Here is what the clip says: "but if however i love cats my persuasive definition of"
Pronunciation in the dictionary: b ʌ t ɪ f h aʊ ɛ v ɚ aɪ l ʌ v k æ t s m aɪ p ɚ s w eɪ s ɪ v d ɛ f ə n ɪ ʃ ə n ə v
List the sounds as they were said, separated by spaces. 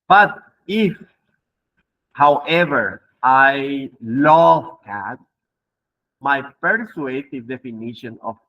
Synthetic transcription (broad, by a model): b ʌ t ɪ f h aʊ ɛ v ɚ aɪ l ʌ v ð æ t m aɪ p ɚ s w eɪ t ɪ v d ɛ f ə n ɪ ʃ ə n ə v